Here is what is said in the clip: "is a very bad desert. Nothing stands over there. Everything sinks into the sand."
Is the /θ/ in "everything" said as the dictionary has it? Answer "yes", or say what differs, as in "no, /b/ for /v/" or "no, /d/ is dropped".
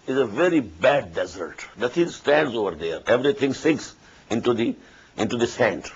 no, /t/ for /θ/